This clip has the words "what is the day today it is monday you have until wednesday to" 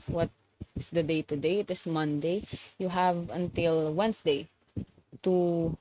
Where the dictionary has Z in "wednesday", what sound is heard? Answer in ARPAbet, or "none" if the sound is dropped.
S